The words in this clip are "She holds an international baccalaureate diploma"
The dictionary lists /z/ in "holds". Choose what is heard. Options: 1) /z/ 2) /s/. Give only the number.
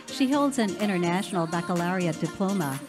1